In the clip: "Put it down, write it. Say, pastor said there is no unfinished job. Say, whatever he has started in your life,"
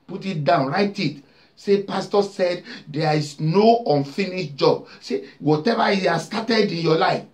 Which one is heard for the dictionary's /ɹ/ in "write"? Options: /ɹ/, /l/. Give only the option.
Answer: /ɹ/